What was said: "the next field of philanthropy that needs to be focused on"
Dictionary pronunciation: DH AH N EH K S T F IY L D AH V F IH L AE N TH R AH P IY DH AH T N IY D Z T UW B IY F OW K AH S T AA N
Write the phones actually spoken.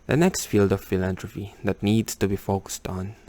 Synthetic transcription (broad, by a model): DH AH N EH K S T F IY L D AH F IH L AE N T R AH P IY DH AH T N IY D S T UW B IY F OW K AH S T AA N